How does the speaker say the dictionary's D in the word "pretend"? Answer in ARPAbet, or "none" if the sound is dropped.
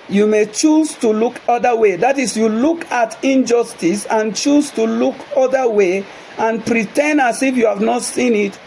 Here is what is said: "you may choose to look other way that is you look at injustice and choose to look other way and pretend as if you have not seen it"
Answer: none